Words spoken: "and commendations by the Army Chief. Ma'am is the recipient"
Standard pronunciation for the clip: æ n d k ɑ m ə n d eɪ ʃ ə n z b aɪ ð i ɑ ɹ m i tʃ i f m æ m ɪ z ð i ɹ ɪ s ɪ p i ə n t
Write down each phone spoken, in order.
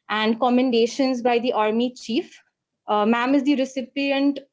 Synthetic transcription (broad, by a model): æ n d k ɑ m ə n d eɪ ʃ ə n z b aɪ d i ɑ ɹ m i tʃ i f m æ m ɪ z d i ɹ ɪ s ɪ p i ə n t